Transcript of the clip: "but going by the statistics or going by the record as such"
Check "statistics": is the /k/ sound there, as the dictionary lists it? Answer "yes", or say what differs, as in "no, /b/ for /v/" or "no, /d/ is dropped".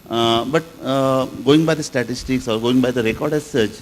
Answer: yes